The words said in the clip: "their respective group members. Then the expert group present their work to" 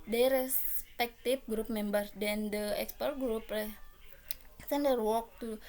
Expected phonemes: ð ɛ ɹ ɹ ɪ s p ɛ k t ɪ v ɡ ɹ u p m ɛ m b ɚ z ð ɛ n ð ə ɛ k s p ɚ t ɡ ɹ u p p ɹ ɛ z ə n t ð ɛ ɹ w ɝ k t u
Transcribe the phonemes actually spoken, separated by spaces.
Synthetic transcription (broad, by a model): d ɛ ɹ ɹ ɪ s p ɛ k t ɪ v ɡ ɹ u p m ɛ m b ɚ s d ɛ n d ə ɛ k s p ɚ t ɡ ɹ u p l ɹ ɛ s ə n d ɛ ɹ w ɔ k t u